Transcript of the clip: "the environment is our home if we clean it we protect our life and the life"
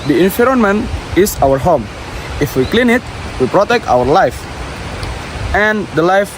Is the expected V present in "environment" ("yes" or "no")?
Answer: no